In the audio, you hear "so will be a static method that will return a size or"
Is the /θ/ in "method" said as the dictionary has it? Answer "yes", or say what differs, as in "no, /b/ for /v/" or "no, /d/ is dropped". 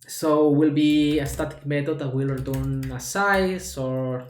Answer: no, /t/ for /θ/